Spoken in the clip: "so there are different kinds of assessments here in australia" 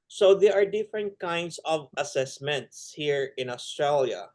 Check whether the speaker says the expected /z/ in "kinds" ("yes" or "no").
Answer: no